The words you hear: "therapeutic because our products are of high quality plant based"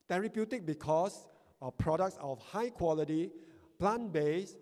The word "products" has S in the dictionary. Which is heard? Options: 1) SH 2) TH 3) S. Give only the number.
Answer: 3